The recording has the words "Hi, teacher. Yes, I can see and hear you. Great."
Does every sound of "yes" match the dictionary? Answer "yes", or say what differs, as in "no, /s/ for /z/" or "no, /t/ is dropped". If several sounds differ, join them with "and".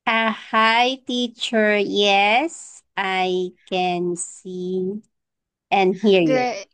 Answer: yes